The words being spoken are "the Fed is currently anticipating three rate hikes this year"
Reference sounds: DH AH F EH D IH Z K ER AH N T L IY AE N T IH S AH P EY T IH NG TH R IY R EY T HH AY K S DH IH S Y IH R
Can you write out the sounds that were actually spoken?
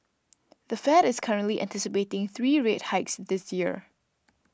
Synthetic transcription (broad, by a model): DH AH F EH D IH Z K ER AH N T L IY AE N T IH S AH P EY T IH NG TH R IY R EY T HH AY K S DH IH S Y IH R